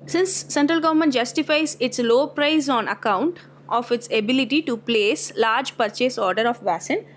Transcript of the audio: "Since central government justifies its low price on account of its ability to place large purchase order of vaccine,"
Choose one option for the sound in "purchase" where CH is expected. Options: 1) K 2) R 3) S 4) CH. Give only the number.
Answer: 4